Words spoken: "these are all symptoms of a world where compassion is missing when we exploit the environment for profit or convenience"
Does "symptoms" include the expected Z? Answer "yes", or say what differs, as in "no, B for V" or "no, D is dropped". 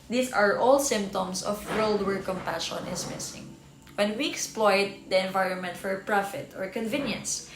no, S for Z